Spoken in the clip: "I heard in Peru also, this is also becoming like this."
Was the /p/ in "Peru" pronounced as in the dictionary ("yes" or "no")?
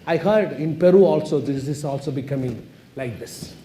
yes